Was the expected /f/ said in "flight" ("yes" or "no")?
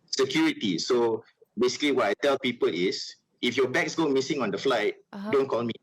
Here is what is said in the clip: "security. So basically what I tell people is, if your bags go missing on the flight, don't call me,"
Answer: yes